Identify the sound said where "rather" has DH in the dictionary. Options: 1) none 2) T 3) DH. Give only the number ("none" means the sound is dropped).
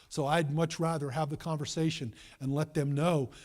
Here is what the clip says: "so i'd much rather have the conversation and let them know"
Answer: 3